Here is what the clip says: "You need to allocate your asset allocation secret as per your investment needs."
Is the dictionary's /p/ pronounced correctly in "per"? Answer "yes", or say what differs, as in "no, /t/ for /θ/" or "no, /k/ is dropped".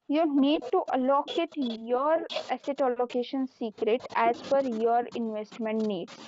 no, /f/ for /p/